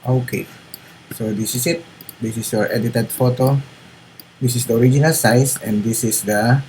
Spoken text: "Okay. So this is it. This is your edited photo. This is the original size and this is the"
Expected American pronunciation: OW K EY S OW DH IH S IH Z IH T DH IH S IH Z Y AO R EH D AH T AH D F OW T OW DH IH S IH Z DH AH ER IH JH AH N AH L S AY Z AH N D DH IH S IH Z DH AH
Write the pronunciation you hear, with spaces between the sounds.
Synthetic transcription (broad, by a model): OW K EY S OW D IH S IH S IH T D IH S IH S Y AO R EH D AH T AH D F OW T OW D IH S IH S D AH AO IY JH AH N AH L S AY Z AH N D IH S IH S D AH